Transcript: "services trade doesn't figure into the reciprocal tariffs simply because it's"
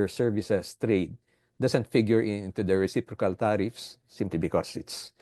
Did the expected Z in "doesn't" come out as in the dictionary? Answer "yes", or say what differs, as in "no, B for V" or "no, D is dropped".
no, S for Z